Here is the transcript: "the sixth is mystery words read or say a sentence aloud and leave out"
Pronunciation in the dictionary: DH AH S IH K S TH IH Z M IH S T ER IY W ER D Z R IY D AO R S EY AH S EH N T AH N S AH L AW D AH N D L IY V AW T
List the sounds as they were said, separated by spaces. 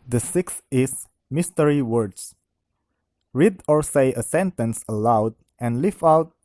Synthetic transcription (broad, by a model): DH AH S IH K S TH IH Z M IH S T ER IY W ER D S R IY D AO R S EY AH S EH N T AH N S AH L AW D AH N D L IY F AW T